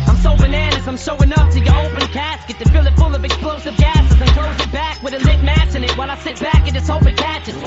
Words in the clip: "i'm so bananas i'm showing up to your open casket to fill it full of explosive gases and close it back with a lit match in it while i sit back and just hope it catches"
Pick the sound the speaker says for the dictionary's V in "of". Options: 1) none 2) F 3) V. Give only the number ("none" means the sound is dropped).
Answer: 3